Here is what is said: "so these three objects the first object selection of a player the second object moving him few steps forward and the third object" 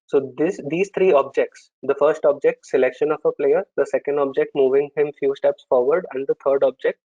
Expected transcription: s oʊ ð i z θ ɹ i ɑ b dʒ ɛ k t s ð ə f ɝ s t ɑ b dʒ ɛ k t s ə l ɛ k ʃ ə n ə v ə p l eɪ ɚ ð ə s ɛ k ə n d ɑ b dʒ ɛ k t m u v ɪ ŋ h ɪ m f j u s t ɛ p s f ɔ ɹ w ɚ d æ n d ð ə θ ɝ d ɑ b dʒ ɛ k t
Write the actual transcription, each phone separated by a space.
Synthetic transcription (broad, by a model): s oʊ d i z t ɹ i ɑ b dʒ ɛ k t s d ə f ɝ s t ɑ b dʒ ɛ k t s ə l ɛ k ʃ ə n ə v ə p l eɪ ɚ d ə s ɛ k ə n d ɑ b dʒ ɛ k t m u v ɪ ŋ h ɪ m f j u s t ɛ p s f ɔ ɹ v ɚ d æ n d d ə t ɝ d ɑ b dʒ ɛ k t